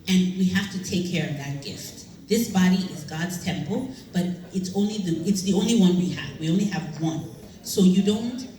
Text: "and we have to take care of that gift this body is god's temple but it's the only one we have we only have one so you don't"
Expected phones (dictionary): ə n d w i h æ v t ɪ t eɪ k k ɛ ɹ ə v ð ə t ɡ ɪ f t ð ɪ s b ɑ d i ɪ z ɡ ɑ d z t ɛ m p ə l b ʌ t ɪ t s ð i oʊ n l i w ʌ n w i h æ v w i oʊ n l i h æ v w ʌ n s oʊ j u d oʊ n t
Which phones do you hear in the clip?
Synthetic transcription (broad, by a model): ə n w i h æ f t ɪ t eɪ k k ɛ ɹ ə v ð ə t ɡ ɪ f t ð ɪ s b ɑ d i ɪ z ɡ ɑ d z t ɛ m p l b ʌ t ɪ t s ð i oʊ n l i w ʌ n w i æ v w i oʊ n l i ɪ v w ʌ n s oʊ j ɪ d oʊ n t